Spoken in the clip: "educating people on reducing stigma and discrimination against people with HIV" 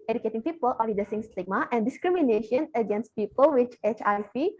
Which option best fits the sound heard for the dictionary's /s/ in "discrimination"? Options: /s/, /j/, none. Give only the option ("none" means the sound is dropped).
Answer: /s/